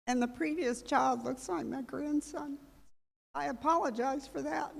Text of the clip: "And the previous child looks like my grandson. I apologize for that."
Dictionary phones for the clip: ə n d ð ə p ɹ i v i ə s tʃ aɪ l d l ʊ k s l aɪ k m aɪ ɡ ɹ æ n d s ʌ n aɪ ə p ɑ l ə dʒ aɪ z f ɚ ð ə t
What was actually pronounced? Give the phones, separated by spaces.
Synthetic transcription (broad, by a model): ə n ð ə p ɹ i v i ə s tʃ aɪ l d l ʊ k s l aɪ k m aɪ ɡ ɹ æ n d s ʌ n aɪ ə p ɑ l ə dʒ aɪ z f ɚ ð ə t